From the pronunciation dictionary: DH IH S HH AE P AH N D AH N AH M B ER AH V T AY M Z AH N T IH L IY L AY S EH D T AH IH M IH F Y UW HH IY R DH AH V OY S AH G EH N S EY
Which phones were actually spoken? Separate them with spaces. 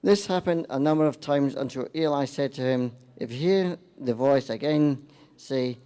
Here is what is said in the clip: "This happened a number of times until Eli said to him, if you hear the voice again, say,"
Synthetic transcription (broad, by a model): DH IH S HH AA P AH N D AH N AH M B ER AH V T AY M Z AH N T IH L IY L AY S EH D T AH IH M IH F HH IY R DH AH V OY S AH G EH N S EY